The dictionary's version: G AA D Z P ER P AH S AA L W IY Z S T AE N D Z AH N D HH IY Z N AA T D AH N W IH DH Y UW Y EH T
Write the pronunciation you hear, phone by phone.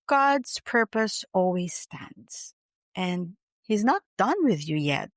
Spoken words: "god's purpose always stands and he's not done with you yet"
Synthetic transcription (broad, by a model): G AA D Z P ER P AH S AA L W IY Z S T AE N D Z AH N HH IY Z N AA T D AH N W IH DH Y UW Y EH T